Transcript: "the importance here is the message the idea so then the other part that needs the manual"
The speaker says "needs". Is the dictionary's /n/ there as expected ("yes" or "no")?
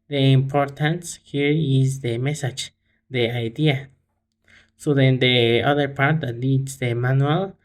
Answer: no